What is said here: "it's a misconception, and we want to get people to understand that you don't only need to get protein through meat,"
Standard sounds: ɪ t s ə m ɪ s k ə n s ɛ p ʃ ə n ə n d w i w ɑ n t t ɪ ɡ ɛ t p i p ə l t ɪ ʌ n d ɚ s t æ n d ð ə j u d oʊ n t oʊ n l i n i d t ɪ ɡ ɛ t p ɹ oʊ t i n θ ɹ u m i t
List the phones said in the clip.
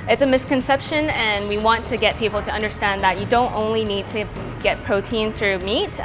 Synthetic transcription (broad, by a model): ɪ t s ə m ɪ s k ə n s ɛ p ʃ ə n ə n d w i w ɑ n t t ɪ ɡ ɛ t p i p l t ɪ ʌ n d ɚ s t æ n ð ə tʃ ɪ d oʊ n t oʊ n l i n i d t ɪ ɡ ɛ t p ɹ oʊ t i n θ ɹ u m i t